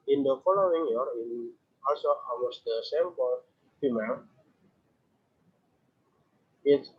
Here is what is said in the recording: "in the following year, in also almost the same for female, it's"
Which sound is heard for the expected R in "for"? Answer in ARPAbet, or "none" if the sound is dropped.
L